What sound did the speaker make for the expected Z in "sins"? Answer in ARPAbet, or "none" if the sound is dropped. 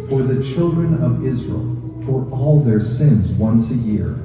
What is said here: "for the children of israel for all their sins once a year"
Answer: Z